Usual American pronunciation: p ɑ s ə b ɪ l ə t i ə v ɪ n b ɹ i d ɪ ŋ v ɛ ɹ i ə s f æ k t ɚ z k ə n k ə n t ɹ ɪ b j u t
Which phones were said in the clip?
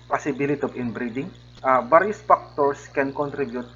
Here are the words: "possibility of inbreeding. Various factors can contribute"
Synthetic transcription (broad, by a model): p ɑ s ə b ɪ l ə t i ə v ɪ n b ɹ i d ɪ ŋ b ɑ ɹ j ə s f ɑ k t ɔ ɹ k ə n k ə n t ɹ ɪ b j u t